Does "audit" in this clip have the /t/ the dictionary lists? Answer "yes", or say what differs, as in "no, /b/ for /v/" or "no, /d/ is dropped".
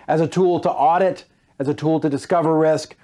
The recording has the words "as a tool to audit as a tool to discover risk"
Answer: yes